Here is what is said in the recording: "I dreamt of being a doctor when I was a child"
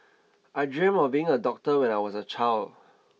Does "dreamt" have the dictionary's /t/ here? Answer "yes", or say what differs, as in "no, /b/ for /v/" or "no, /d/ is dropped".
no, /t/ is dropped